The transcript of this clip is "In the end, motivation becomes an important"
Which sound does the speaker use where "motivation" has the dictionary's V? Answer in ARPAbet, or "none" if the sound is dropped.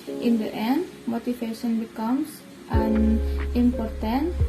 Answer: F